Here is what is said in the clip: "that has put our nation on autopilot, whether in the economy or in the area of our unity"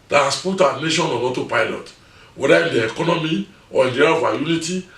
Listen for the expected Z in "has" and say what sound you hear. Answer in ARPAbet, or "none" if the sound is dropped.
S